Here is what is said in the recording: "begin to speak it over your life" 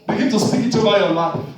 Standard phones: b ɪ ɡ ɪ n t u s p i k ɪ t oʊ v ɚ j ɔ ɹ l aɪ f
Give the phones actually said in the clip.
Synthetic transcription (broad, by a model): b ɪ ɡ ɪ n t u s p i k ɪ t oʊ b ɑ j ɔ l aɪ